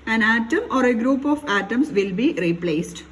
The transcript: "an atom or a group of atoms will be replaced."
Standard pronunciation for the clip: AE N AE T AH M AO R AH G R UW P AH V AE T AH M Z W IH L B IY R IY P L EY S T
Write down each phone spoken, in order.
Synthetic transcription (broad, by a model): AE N AE T AH M AO R AH G R UW P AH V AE T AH M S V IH L B IY R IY P L EY S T